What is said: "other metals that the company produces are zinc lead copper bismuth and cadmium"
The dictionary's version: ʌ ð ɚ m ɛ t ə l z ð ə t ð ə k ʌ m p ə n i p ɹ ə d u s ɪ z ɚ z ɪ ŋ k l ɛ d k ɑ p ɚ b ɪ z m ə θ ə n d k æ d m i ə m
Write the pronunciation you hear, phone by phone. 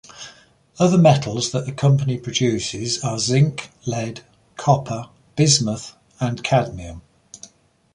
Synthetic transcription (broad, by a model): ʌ ð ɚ m ɛ t ə l z ð ə t ð ə k ʌ m p ə n i p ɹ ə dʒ u s ɪ z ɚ z ɪ ŋ k l ɛ d k ɑ p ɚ b ɪ z m ə θ ə n k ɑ d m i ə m